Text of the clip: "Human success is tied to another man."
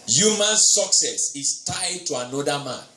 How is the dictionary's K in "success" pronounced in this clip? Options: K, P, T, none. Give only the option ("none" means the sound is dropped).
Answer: K